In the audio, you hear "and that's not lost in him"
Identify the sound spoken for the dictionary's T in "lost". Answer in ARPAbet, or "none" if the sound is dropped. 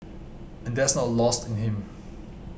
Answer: T